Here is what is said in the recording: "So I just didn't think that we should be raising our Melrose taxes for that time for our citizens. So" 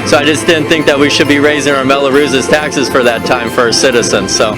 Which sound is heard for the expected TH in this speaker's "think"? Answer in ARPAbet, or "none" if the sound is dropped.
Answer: TH